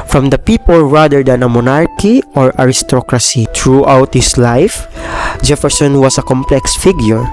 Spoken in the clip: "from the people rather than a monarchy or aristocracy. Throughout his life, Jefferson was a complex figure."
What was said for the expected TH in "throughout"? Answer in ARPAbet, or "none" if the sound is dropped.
T